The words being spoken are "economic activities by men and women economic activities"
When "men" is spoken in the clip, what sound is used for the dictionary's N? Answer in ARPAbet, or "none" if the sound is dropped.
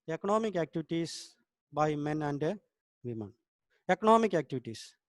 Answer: N